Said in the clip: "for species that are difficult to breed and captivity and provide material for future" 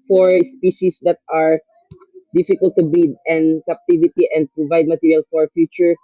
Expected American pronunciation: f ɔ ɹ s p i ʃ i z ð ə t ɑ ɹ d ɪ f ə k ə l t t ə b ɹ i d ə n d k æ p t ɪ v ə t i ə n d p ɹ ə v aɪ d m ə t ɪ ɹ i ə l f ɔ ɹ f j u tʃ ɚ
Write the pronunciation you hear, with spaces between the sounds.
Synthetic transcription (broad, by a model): f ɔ ɹ s p i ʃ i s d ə t ɑ ɹ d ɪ f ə k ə l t t ə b i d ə n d k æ p t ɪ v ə t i ə n d p ɹ ə v aɪ d m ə t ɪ ɹ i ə l f ɔ ɹ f j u tʃ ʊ